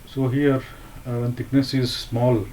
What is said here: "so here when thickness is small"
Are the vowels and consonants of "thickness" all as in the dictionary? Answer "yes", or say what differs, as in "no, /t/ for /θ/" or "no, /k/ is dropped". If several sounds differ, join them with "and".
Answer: no, /t/ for /θ/